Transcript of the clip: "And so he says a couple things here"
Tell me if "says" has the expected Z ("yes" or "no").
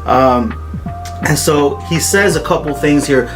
yes